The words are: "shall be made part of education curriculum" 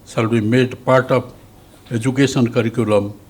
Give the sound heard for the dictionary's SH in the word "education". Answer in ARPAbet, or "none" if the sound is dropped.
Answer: S